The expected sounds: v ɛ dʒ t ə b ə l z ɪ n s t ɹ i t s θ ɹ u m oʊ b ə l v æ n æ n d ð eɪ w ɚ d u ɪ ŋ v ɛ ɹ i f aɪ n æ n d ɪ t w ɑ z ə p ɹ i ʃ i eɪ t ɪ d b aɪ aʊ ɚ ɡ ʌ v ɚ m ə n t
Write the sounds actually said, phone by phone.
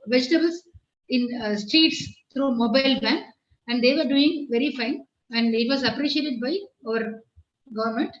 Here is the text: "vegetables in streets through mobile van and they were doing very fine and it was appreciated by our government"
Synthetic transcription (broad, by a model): v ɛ dʒ t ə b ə l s ɪ n s t ɹ i t s t ɹ u m oʊ b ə l b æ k æ n d eɪ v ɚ d u ɪ ŋ v ɛ ɹ i f aɪ n æ n d ɪ t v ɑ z ə p ɹ i ʃ i eɪ t ɪ d b aɪ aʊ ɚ ɡ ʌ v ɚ m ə n t